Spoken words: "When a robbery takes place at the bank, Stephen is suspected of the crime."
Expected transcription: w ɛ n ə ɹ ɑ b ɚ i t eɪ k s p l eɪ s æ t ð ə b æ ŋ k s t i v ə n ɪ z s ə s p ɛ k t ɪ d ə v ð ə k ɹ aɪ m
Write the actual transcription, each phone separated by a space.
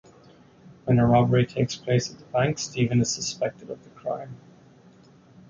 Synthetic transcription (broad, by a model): w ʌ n ə ɹ ɑ b ɚ i t eɪ k s p l eɪ s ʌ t ð ə b æ ŋ k s t i v ə n ɪ z s ə s p ɛ k t ɪ d ə v ð ə k ɹ aɪ m